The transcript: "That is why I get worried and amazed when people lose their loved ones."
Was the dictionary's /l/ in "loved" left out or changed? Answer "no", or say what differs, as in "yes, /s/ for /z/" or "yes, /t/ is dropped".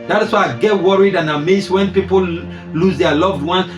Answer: no